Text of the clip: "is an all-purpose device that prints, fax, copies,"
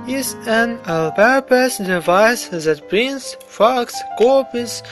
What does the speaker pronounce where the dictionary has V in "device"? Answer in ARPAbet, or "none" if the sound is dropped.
V